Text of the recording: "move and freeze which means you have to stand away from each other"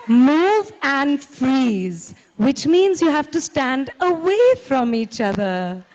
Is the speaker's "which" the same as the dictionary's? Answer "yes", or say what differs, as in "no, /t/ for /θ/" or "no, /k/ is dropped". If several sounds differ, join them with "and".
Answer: yes